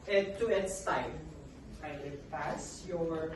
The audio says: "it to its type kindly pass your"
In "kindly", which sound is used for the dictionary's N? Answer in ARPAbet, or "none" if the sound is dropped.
none